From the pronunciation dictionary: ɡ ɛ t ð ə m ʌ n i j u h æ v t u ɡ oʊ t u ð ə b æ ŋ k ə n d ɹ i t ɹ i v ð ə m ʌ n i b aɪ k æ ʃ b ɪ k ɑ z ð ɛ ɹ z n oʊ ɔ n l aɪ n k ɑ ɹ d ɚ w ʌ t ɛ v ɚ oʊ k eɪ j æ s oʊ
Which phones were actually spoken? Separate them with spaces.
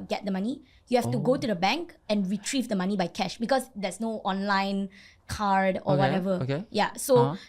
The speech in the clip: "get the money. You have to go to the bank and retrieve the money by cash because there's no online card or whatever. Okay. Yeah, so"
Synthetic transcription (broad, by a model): ɡ ɛ t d ə m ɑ n i j u h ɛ f t u ɡ oʊ t u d ə b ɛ ŋ k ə n ɹ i t ɹ i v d ə m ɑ n i b aɪ k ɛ ʃ b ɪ k ɑ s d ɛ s n oʊ ɔ n l aɪ n k ɑ ɹ d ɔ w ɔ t ɛ v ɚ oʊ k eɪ j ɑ s oʊ